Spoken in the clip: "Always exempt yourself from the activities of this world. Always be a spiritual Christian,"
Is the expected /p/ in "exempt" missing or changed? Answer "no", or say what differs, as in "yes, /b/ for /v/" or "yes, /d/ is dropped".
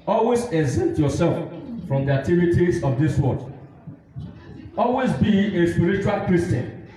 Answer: yes, /p/ is dropped